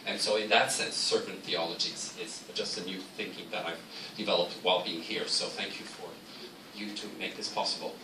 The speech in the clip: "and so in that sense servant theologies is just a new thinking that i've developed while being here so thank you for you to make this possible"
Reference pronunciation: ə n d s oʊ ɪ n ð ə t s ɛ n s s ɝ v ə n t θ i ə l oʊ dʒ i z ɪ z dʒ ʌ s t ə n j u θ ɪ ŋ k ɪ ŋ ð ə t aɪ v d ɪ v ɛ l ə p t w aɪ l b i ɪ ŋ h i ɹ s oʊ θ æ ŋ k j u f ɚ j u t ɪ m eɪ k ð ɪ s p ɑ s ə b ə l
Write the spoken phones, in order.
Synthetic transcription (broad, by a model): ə n s oʊ ɪ n ð ə t s ɛ n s s ɝ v n θ i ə l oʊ dʒ i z ɪ z dʒ ʌ s t ə n j u θ ɪ ŋ k ɪ ŋ ð ə t aɪ v d ɪ v ɛ l ə p t w aɪ l b i ɪ ŋ h i ɹ s oʊ θ æ ŋ k j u f ɚ j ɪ t ɪ m eɪ k ð ɪ s p ɑ s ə b l